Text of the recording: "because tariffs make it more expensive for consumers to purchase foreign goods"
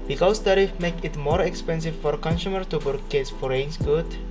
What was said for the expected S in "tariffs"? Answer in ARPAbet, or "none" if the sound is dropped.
none